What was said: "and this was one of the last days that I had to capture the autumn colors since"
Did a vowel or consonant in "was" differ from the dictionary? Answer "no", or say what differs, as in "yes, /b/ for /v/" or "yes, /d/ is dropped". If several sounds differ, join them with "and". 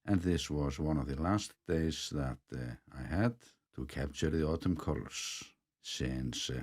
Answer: no